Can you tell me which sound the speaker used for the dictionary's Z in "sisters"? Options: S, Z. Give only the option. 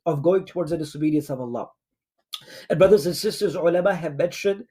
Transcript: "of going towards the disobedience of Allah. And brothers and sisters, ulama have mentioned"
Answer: Z